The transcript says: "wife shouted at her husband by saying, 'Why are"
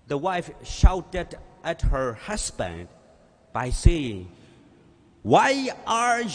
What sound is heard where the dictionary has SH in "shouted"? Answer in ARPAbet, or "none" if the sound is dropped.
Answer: SH